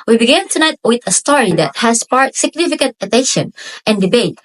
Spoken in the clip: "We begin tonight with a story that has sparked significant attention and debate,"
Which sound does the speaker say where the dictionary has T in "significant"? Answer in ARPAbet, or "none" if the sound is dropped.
T